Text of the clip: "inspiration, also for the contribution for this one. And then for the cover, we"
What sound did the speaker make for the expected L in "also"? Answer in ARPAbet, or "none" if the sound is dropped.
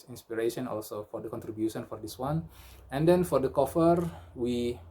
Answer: L